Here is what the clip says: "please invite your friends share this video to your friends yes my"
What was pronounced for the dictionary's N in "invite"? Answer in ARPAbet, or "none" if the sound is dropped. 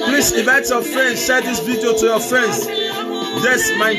none